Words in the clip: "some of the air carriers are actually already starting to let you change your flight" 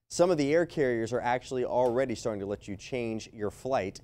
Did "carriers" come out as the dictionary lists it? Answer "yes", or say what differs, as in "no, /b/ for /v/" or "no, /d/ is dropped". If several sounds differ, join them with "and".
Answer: yes